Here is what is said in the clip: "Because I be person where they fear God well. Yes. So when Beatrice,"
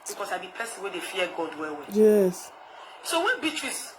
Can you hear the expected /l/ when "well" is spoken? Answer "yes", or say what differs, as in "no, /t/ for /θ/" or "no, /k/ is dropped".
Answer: no, /w/ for /l/